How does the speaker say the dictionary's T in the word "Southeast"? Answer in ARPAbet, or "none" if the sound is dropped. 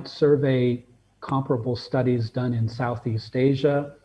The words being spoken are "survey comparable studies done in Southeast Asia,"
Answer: T